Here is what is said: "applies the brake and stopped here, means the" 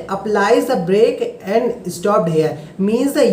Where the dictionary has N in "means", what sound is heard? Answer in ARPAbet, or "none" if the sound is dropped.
N